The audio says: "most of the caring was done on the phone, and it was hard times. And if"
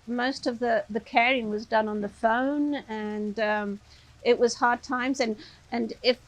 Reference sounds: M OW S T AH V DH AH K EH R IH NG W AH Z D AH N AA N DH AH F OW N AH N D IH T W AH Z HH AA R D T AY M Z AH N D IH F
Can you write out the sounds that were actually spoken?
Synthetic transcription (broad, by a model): M OW S T AH V DH AH K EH R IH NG W AH Z D AH N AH N DH AH F OW N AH N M IH T W AH Z HH AA R D T AY M Z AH N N IH F